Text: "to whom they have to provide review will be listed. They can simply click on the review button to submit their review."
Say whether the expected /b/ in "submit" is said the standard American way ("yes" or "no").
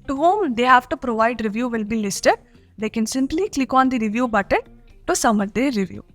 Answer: no